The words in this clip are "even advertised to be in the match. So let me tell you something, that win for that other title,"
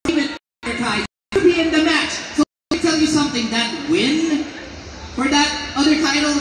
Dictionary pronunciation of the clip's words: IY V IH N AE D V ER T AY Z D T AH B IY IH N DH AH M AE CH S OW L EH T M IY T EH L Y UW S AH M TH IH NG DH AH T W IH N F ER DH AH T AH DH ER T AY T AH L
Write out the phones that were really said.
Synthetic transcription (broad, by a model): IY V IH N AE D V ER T AY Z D B IY IH N DH AH M AE CH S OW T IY T EH L Y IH S AH M TH IH NG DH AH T W IH N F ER DH AH T AH DH ER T AY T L